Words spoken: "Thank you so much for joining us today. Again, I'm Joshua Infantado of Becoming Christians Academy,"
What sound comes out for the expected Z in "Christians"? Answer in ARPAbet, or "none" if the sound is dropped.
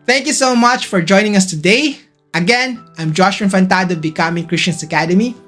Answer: S